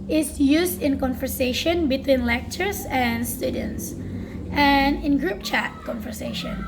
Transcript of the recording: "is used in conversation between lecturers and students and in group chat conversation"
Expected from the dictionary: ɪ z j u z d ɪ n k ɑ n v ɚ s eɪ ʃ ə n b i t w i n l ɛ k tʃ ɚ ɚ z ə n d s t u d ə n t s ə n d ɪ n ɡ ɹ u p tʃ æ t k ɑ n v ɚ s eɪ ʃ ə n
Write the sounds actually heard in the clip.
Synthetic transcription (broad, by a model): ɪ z j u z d ɪ n k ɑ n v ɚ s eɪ ʃ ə n b i t w i n l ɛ k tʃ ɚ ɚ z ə n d s t u d ə n t s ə n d ɪ n ɡ ɹ u p tʃ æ t k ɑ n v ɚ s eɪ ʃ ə n